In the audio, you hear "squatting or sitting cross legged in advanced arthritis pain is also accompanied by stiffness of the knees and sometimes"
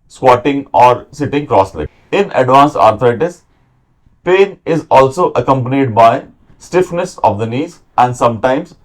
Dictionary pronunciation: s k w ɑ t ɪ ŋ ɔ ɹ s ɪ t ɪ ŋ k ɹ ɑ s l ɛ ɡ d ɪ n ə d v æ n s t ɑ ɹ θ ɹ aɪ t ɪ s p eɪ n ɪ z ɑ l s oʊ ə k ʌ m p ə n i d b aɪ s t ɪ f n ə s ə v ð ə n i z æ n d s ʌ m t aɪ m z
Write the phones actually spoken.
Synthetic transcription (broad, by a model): s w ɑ t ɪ ŋ ɔ ɹ s ɪ t ɪ ŋ k ɹ ɑ s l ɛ ɪ n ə d v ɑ n s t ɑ ɹ t ɹ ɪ t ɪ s p eɪ n ɪ z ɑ l s oʊ ə k ʌ m p ə n i d b aɪ s t ɪ f n ə s ə v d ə n i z æ n d s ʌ m t aɪ m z